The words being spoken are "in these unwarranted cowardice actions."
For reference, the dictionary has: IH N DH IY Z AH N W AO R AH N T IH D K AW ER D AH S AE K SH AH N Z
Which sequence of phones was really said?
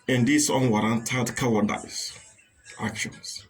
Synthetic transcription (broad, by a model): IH N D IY S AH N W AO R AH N T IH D K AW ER D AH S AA K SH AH N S